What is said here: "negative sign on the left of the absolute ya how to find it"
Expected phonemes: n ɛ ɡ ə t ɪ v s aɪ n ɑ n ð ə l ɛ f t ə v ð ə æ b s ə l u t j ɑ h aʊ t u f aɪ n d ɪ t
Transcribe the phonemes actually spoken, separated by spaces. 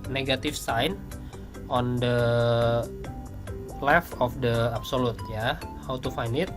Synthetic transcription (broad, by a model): n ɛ ɡ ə t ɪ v s aɪ n ɑ n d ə l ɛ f ə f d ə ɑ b s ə l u t j ɑ h aʊ t u f aɪ n d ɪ t